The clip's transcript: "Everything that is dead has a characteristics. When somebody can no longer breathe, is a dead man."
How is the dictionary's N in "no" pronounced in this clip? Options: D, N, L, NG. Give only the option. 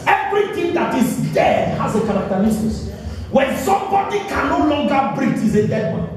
N